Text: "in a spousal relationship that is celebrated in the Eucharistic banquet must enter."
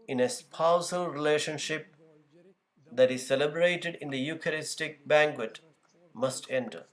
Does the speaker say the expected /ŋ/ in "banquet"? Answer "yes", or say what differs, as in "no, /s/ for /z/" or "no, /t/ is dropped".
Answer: yes